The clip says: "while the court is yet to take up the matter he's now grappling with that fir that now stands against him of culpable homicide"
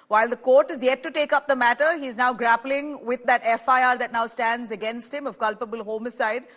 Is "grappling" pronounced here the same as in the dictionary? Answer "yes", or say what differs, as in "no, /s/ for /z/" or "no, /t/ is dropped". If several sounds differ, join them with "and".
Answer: yes